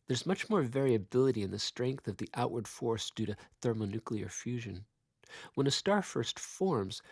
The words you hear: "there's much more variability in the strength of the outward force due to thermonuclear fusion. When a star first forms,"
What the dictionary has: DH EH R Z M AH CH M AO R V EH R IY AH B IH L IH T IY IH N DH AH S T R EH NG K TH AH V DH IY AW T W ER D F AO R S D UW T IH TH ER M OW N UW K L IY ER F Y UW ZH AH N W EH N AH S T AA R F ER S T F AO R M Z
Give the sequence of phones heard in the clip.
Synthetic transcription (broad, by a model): DH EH R Z M AH CH M AO R V EH R IY AH B IH L IH T IY IH N DH AH S T R EH NG K TH AH V DH IY AW T W ER D F AO R S D UW T IH TH ER M OW N UW K L IY ER F Y UW ZH AH N W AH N AH S T AA R F ER S T F AO R M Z